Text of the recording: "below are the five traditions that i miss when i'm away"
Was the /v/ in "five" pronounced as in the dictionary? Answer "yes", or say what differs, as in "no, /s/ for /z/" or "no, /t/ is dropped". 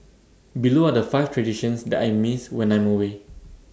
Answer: no, /f/ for /v/